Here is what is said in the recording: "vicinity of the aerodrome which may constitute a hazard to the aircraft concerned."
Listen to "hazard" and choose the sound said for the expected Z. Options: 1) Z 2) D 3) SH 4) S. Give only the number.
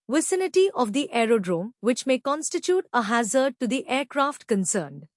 1